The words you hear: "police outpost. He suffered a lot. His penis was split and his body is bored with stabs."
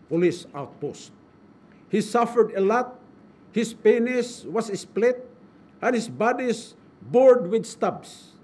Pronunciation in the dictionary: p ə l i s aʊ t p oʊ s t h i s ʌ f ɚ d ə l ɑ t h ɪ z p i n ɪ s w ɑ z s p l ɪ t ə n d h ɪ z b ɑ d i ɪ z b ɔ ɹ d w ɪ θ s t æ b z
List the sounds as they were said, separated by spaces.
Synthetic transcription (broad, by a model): p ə l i s aʊ t p oʊ s t h i s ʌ f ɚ d ə l ɑ t h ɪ s p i n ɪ s w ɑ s s p l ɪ t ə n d h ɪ s b ɑ d i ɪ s b ɔ ɹ d w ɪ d s t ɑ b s